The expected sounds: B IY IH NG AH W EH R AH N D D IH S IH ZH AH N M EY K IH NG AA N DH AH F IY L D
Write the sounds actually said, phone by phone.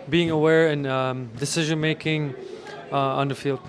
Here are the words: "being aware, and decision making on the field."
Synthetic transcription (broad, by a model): B IY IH NG AH W EH R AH N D D IH S IH ZH AH N M EY K IH NG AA N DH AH F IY L D